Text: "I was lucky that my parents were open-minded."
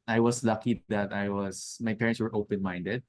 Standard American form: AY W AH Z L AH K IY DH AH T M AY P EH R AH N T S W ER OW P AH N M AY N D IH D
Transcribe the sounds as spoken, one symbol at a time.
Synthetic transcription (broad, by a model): AY W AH S L AH K IY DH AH T M AY P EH R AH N T S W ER OW P AH N M AY N D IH D